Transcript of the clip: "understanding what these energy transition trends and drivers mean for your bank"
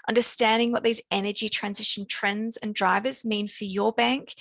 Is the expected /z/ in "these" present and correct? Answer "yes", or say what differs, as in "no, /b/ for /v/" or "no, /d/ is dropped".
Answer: yes